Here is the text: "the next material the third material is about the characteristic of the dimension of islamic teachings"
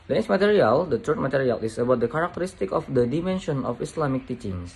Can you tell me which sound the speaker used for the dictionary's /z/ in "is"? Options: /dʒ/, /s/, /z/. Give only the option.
/s/